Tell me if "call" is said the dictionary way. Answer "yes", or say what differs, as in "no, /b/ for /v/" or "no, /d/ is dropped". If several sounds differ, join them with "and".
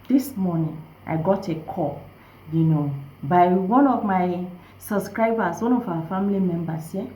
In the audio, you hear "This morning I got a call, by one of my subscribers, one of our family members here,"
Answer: no, /n/ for /l/